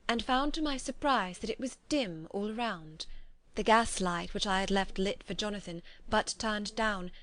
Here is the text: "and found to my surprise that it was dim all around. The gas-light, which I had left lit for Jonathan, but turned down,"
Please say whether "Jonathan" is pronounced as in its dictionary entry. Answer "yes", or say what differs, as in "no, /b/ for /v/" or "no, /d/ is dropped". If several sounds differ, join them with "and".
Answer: yes